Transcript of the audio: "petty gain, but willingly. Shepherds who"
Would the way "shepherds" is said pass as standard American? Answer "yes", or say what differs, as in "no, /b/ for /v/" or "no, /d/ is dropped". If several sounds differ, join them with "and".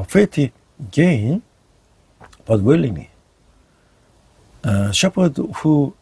no, /z/ is dropped